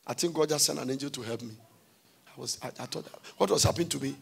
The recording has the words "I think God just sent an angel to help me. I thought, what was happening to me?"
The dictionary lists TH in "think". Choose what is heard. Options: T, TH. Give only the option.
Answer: T